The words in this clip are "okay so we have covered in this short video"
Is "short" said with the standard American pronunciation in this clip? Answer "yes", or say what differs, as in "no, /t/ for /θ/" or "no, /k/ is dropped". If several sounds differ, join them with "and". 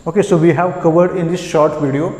yes